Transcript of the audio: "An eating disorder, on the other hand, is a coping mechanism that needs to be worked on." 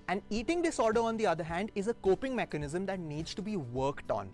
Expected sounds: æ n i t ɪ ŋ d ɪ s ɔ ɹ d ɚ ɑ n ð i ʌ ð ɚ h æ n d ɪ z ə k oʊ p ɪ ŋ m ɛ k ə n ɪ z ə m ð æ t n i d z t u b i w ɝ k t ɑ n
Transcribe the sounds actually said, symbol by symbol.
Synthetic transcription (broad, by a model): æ n i t ɪ ŋ d ɪ s ɔ ɹ d ɚ ɑ n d i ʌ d ɚ h æ n d ɪ z ə k oʊ p ɪ ŋ m ɛ k ə n ɪ z ə m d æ t n i d z t u b i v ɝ k t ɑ n